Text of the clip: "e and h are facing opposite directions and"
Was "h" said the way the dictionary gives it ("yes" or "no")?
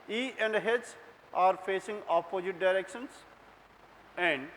no